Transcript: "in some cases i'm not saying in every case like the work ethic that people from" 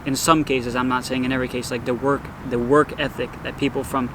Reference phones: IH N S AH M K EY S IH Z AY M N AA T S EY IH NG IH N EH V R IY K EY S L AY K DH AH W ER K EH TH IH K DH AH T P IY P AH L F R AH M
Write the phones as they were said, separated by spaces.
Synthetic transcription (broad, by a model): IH N S AH M K EY S IH Z AY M N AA T S EY IH NG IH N EH V R IY K EY S L AY K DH AH W ER K EH TH IH K DH AH T P IY P L F R AH M